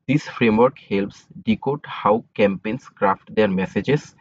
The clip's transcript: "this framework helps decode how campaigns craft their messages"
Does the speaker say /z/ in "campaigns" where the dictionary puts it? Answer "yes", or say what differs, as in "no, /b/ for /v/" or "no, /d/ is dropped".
no, /s/ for /z/